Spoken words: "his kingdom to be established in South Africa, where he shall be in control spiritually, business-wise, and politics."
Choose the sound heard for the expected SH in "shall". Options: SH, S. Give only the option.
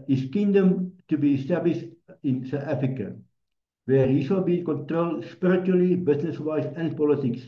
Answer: S